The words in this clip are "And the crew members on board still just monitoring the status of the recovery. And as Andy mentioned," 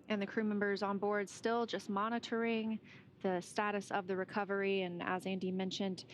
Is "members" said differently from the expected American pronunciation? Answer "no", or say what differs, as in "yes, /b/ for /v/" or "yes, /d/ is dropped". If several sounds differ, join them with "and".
no